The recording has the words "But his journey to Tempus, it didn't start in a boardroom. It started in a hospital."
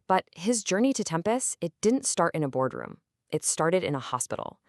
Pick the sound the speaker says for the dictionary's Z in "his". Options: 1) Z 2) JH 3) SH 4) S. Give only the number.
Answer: 1